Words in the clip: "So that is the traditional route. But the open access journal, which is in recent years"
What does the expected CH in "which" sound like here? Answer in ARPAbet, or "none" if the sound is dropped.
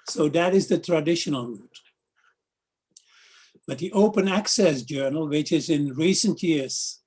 CH